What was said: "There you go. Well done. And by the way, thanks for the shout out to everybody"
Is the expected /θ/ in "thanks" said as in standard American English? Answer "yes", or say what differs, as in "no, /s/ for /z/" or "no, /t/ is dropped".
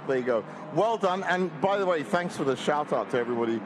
yes